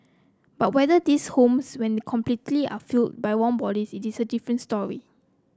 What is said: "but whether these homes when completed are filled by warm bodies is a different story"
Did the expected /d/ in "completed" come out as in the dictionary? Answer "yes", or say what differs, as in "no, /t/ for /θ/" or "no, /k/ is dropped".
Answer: no, /d/ is dropped